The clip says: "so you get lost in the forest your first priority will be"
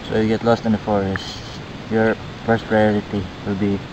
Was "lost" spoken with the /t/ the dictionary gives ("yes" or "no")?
yes